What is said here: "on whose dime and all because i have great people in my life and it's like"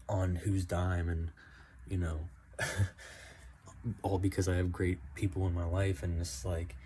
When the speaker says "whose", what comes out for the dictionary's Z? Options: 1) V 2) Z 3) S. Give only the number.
2